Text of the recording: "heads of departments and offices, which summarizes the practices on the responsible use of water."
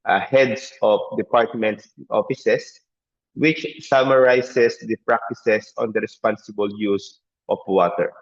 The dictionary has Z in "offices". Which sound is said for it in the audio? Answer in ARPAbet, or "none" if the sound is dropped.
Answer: S